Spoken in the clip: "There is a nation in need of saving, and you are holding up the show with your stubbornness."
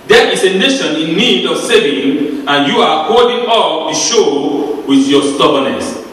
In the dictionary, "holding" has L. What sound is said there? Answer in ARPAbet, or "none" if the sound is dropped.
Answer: none